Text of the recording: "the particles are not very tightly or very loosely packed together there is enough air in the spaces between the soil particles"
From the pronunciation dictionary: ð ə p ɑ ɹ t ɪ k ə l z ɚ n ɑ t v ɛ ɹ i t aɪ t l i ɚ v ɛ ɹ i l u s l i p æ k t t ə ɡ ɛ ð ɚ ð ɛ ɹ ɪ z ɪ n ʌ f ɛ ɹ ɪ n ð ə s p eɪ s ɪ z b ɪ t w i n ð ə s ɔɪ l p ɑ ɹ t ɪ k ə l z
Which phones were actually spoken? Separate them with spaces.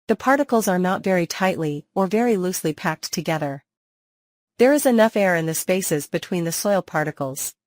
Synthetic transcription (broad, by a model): ð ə p ɑ ɹ t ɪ k l z ɚ n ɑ t v ɛ ɹ i t aɪ t l i ɚ v ɛ ɹ i l u s l i p æ k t t ə ɡ ɛ ð ɚ ð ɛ ɹ ɪ z ɪ n ʌ f ɛ ɹ ɪ n ð ə s p eɪ s ɪ z b ɪ t w i n ð ə s ɔɪ l p ɑ ɹ t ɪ k l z